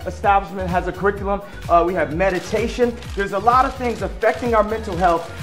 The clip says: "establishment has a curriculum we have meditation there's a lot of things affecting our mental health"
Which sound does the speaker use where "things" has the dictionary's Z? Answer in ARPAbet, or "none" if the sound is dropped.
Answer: Z